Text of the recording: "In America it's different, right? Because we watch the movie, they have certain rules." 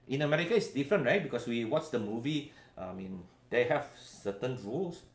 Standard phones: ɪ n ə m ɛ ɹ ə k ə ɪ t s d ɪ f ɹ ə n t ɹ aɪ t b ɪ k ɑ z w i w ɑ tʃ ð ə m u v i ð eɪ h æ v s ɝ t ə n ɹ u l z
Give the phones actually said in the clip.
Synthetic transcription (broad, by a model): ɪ n ə m ɛ ɹ ə k ə ɪ t s d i f ɹ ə n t ɹ aɪ t b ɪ k ɑ s w i w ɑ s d ə m u v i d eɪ h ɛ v s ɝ t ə n ɹ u l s